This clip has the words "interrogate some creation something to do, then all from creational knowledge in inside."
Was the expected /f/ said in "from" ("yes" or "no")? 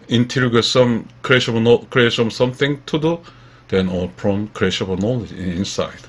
no